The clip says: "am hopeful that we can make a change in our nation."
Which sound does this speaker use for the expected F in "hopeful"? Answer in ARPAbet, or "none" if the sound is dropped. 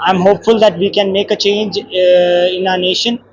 F